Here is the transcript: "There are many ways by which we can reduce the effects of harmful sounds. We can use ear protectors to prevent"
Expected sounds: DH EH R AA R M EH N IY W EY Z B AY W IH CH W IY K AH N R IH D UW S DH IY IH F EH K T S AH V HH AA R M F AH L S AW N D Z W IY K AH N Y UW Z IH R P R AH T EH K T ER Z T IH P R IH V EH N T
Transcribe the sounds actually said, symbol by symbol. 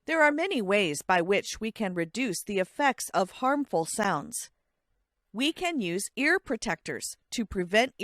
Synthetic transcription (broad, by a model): DH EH R AA R M EH N IY W EY Z B AY W IH CH W IY K AH N R IH D UW S DH IY IH F EH K T S AH V HH AA R M F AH L S AW N D Z W IY K AH N Y UW Z IH R P R AH T EH K T ER Z T IH P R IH V EH N T